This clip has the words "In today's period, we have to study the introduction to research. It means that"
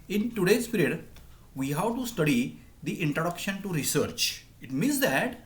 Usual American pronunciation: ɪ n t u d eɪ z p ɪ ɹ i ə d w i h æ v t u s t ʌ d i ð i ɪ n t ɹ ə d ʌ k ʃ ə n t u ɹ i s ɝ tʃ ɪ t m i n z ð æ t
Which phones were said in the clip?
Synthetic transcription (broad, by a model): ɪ n t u d eɪ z p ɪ ɹ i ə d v i h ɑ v t u s t ʌ d i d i ɪ n t ɹ ə d ʌ k ʃ ə n t u ɹ i s ɝ tʃ ɪ t m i n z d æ t